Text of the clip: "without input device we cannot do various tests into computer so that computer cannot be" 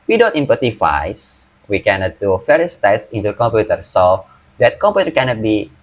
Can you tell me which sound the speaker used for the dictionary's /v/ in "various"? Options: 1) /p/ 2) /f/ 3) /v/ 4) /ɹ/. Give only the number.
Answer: 2